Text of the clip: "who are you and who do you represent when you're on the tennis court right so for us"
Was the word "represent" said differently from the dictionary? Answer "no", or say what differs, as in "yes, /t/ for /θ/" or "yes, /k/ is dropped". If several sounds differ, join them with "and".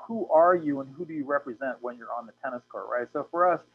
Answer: no